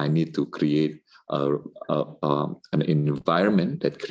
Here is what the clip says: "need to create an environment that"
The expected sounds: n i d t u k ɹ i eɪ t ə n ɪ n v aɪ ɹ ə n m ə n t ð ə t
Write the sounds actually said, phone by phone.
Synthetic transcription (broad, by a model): n i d t u k ɹ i eɪ t ə n ɪ n v aɪ ɹ ə n m ə n t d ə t